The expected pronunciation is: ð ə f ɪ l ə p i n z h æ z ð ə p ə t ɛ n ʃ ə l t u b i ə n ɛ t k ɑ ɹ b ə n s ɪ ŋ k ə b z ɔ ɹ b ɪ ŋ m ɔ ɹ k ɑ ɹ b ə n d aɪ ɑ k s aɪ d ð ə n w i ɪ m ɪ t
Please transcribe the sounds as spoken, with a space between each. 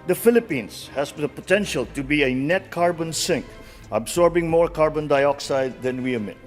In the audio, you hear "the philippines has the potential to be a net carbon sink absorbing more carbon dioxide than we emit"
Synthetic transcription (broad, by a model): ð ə f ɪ l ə p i n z h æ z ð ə p ə t ɛ n ʃ ə l t u b i ə n ɛ t k ɑ ɹ b ə n s ɪ ŋ k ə b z ɔ ɹ b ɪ ŋ m ɔ ɹ k ɑ ɹ b ə n d aɪ ɑ k s aɪ d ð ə n w i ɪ m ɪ t